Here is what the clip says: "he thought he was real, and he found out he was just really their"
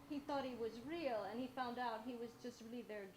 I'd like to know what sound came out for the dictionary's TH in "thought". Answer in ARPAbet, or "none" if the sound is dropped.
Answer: TH